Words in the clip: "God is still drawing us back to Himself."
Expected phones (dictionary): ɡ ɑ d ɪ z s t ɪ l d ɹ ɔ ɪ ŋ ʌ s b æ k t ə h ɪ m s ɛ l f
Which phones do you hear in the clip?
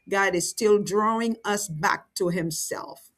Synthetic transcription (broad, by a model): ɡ ɑ d ɪ z s t ɪ l d ɹ ɔ ɪ ŋ ʌ s b æ k t ə h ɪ m s ɛ l f